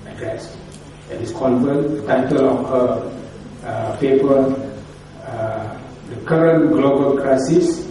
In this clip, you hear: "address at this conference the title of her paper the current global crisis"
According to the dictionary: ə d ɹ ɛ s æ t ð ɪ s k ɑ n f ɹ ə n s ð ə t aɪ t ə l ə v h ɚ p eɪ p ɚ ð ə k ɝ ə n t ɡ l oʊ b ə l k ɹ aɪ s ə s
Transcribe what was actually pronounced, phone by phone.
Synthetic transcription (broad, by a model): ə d ɹ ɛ s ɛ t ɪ s k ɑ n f ə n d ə t aɪ t ə l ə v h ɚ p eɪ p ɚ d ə k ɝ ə n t ɡ l oʊ b ə l k ɹ aɪ s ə s